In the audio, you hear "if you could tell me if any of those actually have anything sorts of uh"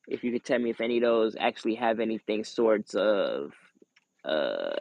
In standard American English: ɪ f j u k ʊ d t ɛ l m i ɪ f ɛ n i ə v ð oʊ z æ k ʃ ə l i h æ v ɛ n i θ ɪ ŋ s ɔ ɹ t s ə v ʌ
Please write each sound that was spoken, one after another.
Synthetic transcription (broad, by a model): ɪ f j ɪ k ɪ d t ɛ l m i ɪ f ɛ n i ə ð oʊ z æ k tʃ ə l i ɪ v ɛ n i θ ɪ ŋ s ɔ ɹ t s ə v ʌ